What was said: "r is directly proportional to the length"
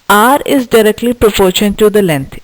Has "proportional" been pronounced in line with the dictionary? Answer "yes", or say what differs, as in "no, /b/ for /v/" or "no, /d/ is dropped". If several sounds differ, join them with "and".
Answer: no, /n/ is dropped and /n/ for /l/